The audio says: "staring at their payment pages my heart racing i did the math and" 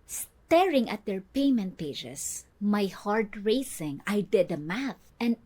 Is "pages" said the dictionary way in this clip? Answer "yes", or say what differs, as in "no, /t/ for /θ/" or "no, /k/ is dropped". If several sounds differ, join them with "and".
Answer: no, /s/ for /z/